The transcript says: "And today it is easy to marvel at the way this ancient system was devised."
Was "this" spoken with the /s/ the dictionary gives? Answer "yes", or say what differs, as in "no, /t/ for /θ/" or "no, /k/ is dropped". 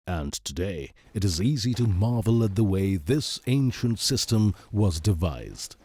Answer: yes